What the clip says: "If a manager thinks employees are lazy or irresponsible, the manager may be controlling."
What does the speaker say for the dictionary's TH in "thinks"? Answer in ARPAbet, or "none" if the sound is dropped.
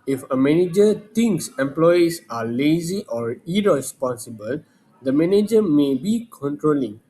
T